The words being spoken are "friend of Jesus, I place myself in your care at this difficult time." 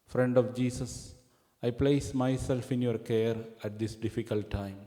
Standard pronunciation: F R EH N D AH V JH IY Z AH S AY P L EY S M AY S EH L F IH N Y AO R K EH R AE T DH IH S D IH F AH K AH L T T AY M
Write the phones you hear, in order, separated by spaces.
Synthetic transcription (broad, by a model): F R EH N D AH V JH IY S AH S AY P L EY S M AY S EH L F IH N Y AO R K EH R AE T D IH S D IH F AH K AH L T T AY M